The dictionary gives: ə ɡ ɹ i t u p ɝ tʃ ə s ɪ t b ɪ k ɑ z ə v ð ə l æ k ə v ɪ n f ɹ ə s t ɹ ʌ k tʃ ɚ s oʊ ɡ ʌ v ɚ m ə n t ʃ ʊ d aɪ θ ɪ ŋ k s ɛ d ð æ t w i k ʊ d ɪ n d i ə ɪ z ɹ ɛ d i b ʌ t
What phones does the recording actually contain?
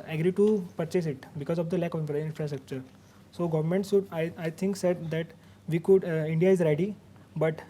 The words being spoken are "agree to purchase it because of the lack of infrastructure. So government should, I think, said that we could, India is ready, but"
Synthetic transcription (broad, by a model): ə ɡ ɹ i t u p ɝ tʃ ə s ɪ t b ɪ k ɑ z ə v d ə l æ k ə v ɪ n f ɹ ə s t ɹ ʌ k tʃ ɚ s oʊ ɡ ʌ v ɚ m ə n t s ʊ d aɪ t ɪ ŋ k s ɛ d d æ t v i k ʊ d ɪ n d i ə ɪ z ɹ ɛ d i b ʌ t